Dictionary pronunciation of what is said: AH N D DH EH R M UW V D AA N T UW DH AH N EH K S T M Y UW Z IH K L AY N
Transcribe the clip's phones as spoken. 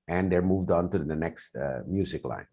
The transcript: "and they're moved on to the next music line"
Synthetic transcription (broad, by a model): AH N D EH R M UW V D AA N T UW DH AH N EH K S T M Y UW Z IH K L AY N